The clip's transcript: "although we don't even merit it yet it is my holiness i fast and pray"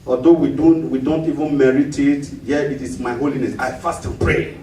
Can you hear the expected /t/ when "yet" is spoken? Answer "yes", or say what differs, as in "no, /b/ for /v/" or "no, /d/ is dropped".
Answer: no, /t/ is dropped